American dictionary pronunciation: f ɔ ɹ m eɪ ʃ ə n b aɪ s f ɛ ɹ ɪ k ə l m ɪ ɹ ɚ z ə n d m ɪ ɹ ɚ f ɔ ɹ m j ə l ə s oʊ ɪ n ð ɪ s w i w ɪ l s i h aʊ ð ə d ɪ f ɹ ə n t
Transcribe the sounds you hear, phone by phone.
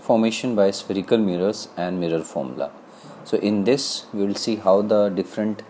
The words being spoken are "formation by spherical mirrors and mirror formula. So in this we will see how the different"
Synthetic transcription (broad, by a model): f ɔ ɹ m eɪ ʃ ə n b aɪ s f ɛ ɹ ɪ k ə l m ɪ ɹ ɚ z ə n d m ɪ ɹ ɚ f ɔ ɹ m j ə l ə s oʊ ɪ n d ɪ s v i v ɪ l s i h aʊ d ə d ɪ f ɹ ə n t